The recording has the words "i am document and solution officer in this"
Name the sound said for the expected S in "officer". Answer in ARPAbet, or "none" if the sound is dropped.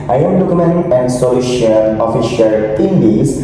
SH